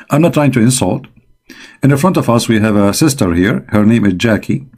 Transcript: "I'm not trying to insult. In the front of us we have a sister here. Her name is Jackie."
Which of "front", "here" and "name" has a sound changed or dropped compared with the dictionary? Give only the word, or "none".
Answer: none